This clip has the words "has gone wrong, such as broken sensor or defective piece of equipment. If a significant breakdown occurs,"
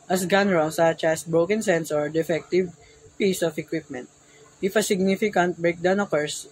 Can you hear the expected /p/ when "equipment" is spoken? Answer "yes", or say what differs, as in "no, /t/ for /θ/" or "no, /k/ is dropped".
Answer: yes